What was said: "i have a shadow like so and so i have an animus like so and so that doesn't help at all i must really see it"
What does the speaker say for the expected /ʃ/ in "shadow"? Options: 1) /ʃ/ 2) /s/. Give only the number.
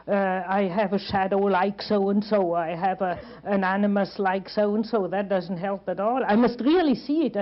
1